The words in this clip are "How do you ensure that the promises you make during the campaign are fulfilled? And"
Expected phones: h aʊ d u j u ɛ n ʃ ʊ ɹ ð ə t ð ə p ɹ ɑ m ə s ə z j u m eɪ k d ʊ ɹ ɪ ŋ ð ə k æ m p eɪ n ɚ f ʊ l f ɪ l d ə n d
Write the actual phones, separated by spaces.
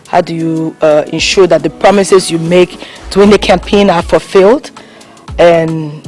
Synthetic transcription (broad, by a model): h aʊ d u j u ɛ n ʃ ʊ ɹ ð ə t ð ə p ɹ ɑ m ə s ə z j u m eɪ k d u ɪ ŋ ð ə k æ m p eɪ n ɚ f ʊ l f ɪ l d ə n